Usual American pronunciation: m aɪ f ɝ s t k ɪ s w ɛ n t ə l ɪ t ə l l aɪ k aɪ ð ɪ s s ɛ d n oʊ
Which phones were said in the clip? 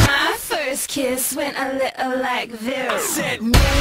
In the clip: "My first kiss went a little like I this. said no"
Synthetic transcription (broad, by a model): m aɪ f ɝ s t k ɪ s w ɛ n t ə l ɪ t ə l l aɪ k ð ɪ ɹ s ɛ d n